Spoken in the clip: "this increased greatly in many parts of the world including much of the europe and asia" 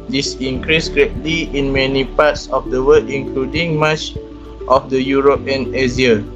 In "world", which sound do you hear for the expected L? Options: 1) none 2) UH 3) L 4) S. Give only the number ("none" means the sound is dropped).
1